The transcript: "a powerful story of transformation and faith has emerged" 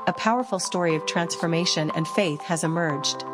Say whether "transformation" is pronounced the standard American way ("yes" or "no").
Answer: yes